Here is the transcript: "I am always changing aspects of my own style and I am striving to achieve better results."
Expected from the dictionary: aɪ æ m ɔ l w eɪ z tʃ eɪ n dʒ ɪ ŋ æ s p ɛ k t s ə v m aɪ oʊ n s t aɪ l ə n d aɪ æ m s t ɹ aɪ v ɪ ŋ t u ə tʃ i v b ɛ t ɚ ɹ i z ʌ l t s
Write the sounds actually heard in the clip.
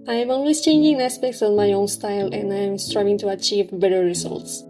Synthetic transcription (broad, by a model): aɪ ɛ m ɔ n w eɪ s tʃ eɪ n dʒ ɪ ŋ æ s p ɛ k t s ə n m aɪ oʊ n s t aɪ l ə n aɪ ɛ m s t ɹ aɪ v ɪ ŋ t u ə tʃ i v b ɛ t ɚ ɹ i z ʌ l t s